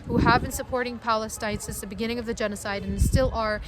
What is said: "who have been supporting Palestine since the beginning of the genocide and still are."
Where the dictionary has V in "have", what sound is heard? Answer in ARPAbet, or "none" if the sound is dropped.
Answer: V